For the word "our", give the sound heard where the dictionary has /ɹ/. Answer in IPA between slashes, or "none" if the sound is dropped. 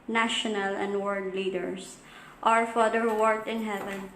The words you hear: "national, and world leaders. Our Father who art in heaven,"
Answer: /ɹ/